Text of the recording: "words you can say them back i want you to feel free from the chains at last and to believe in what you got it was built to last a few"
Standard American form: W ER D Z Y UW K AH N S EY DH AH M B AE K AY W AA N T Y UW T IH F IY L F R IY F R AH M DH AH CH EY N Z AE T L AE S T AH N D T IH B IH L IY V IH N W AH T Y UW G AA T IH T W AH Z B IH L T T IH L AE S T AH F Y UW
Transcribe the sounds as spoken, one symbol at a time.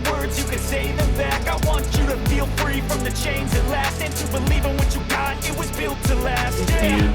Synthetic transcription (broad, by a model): W ER D Z Y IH K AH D S EY DH AH M B AE K AY W AA N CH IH T IH F IY L F R IY F R AH M DH AH CH EY N Z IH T L AE S T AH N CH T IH B IH L IY V IH N W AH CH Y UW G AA T IH T W AH Z B IH L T T IH L AE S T AH